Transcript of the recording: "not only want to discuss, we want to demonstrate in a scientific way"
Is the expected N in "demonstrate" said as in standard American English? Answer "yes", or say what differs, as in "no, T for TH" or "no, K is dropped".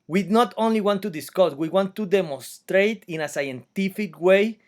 yes